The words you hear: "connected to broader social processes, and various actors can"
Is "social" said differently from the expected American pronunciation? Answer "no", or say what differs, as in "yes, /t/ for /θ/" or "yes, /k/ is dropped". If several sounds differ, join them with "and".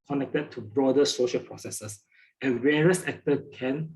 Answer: no